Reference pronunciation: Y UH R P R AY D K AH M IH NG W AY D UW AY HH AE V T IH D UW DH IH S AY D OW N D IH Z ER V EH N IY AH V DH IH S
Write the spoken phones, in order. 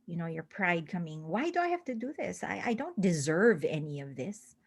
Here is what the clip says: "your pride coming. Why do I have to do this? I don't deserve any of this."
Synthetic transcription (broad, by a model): Y UH R P R AY D K AH M IH NG W AY D UW AY HH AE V T IH D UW DH IH S AY D OW N D IH Z ER V EH N IY AH V DH IH S